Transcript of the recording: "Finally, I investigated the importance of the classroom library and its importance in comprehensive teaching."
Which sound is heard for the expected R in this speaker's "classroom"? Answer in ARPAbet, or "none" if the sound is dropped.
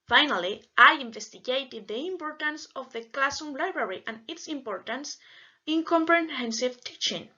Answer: none